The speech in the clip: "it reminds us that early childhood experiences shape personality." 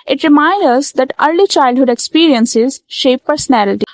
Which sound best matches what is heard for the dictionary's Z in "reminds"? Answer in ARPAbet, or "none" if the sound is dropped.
none